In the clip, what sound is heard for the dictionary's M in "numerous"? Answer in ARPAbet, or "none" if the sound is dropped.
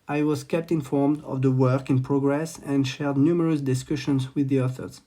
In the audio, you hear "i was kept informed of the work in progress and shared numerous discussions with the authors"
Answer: M